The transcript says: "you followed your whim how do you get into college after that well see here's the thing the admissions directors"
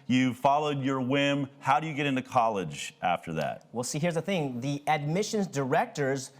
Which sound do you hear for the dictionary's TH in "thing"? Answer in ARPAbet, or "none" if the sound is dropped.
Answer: TH